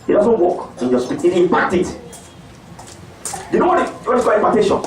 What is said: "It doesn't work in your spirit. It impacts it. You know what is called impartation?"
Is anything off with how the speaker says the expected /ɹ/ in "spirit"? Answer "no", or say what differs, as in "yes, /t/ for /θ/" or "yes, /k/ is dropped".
yes, /ɹ/ is dropped